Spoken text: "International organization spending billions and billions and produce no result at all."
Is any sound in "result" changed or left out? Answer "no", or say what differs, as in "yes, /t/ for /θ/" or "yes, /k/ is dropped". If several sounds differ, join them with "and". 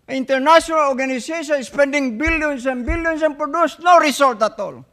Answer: yes, /s/ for /z/